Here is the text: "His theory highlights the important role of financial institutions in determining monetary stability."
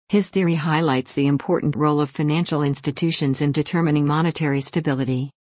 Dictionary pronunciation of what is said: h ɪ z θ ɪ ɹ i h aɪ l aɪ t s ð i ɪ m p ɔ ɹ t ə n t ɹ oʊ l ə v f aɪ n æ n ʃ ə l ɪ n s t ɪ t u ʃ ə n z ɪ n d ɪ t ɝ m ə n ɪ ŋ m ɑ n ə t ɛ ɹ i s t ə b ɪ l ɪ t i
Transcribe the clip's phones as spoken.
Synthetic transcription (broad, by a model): h ɪ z θ ɪ ɹ i h aɪ l aɪ t s ð i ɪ m p ɔ ɹ t n t ɹ oʊ l ə v f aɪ n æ n ʃ l ɪ n s t ɪ t u ʃ ə n z ɪ n d ɪ t ɝ m ə n ɪ ŋ m ɑ n ə t ɛ ɹ i s t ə b ɪ l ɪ t i